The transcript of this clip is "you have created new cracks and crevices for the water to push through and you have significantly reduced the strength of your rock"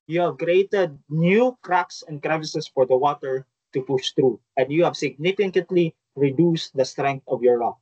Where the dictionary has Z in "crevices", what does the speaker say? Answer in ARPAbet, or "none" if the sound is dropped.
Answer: S